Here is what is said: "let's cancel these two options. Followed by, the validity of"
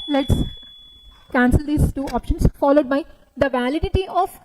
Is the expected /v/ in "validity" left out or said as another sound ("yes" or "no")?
no